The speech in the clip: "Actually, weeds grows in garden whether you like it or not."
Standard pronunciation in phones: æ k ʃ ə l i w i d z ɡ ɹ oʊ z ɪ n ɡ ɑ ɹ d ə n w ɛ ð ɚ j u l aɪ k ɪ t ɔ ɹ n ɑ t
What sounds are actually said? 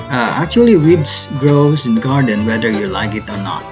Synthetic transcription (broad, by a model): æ k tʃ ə l i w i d s ɡ ɹ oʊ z ɪ n ɡ ɑ ɹ d ə n w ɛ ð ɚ j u l aɪ k ɪ t ɔ ɹ n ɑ t